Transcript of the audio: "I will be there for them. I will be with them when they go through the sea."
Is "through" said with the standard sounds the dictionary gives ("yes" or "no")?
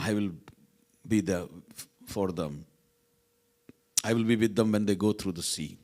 no